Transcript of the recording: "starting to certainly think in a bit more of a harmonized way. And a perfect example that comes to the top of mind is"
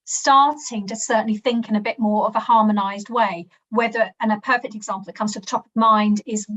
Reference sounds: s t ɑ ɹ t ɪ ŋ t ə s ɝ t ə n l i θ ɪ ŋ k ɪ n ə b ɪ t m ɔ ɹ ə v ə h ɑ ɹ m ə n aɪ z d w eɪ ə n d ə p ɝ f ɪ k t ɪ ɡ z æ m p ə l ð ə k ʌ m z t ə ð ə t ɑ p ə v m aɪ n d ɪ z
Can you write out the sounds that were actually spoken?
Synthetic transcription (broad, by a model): s t ɑ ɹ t ɪ ŋ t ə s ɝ t n l i θ ɪ ŋ k ɪ n ə b ɪ t m ɔ ɹ ə v ə h ɑ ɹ m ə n aɪ z d w eɪ ə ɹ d ə p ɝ f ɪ k t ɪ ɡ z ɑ m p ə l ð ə k ʌ m z t ə ð ə t ɑ p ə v m aɪ n d ɪ z